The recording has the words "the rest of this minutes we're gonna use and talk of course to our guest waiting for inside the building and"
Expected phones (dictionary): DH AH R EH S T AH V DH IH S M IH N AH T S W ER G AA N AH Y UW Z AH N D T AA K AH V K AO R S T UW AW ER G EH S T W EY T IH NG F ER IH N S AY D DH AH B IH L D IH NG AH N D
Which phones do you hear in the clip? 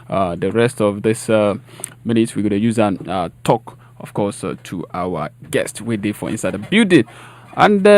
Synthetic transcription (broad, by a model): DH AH R EH S T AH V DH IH S M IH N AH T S W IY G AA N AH Y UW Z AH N T AA K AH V K AO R S T UW AW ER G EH S T W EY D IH F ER IH N S AY D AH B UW D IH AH N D